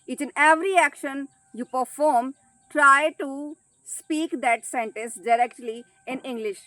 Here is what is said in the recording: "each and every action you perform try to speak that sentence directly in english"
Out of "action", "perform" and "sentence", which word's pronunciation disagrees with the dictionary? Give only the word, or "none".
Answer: none